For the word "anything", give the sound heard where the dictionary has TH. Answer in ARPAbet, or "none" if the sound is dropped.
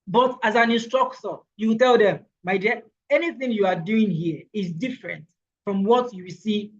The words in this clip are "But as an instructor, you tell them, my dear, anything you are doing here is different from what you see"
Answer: TH